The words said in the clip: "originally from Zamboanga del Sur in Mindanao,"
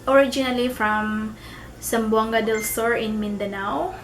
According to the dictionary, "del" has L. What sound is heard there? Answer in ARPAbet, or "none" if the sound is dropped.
L